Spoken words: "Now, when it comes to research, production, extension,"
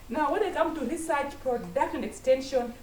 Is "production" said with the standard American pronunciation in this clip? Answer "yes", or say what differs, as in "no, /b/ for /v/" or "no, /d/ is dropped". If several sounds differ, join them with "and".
no, /ʃ/ is dropped